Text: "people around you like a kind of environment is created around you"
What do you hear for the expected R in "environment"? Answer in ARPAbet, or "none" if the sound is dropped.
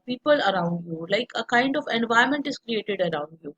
none